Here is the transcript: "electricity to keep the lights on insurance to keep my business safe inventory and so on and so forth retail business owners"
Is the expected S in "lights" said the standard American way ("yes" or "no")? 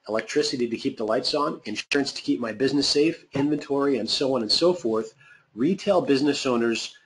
yes